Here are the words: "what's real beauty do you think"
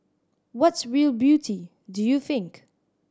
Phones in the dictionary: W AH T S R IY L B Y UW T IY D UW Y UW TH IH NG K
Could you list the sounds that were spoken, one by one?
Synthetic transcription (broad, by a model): W AH T S R IY L B Y UW T IY D UW Y UW TH IH NG K